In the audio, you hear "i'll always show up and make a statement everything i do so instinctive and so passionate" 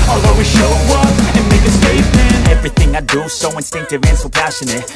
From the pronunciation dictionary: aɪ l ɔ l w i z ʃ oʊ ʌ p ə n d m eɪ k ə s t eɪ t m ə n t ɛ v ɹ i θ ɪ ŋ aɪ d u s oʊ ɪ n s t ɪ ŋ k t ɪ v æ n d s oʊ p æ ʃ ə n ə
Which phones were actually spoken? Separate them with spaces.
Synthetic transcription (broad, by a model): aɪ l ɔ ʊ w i ʃ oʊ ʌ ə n m eɪ k ə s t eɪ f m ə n ɛ v ɹ i θ ɪ ŋ aɪ d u s oʊ ɪ n s t ɪ ŋ k t ɪ v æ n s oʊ p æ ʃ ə n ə